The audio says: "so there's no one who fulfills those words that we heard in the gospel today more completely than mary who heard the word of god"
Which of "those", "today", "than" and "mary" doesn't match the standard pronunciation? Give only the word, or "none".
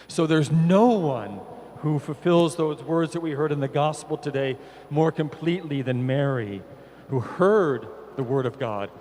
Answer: none